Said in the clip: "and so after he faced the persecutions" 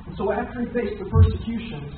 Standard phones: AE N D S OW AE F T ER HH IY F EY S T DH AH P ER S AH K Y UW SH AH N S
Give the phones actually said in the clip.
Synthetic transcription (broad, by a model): N S OW AE F T ER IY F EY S DH AH P ER S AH K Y UW SH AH N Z